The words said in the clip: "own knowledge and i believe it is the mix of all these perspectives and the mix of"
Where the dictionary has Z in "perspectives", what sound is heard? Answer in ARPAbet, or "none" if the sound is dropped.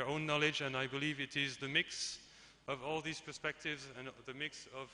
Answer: Z